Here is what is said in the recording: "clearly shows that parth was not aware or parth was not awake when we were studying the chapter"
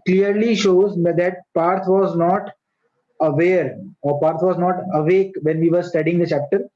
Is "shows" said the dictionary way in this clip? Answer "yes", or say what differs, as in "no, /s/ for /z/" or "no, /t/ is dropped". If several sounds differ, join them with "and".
yes